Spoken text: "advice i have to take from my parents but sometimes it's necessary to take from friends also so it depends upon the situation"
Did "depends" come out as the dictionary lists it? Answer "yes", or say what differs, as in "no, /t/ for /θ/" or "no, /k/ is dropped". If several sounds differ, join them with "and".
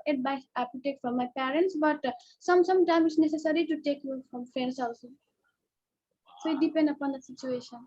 no, /z/ is dropped